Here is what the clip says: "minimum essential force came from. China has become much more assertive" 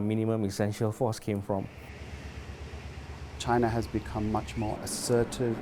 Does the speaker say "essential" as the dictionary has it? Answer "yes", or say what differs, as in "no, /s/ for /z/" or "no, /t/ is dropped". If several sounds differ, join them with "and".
yes